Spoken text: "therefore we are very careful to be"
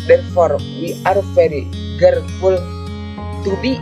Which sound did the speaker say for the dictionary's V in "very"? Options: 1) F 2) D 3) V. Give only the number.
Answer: 1